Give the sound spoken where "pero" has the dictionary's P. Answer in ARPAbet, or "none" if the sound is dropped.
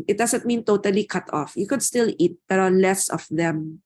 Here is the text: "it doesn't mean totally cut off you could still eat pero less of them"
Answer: B